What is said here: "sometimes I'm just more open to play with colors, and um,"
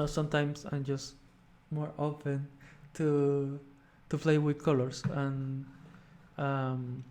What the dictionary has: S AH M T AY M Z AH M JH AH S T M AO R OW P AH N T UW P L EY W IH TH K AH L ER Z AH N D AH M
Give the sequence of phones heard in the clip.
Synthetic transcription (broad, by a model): S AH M T AY M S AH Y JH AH S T M AO R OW F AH N T UW P L EY W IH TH K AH L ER S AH N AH M